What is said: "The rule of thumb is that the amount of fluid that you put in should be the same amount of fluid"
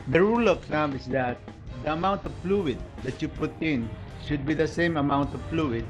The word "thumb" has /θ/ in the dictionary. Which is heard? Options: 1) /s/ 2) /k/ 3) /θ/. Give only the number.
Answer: 1